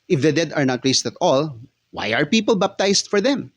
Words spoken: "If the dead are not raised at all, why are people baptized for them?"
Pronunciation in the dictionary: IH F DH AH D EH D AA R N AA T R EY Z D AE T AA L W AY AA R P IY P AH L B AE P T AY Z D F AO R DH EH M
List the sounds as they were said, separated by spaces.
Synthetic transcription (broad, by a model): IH F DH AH D EH D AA R N AA T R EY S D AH T AA L W AY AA R P IY P AH L B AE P T AY S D F AO R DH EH M